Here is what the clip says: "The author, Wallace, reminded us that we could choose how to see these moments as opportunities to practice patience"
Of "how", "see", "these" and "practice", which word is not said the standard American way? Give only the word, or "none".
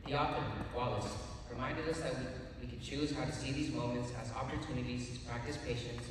none